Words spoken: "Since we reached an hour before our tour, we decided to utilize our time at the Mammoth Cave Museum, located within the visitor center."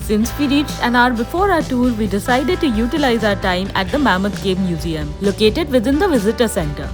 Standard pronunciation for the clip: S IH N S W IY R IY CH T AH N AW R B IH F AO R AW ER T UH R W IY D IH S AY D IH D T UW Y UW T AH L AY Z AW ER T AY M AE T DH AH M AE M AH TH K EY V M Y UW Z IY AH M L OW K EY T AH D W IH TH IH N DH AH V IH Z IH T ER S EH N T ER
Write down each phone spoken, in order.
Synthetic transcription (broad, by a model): S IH N S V IY R IY CH T AH N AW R B IH F AO R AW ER T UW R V IY D IH S AY D IH D T UW Y UW T AH L AY Z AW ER T AY M AE T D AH M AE M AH T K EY B M Y UW Z IY AH M L OW K EY T AH D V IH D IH N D AH V IH Z IH T ER S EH N T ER